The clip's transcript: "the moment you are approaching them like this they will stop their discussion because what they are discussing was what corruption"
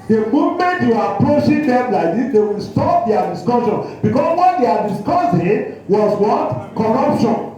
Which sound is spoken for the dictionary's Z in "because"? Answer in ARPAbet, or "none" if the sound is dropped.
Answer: S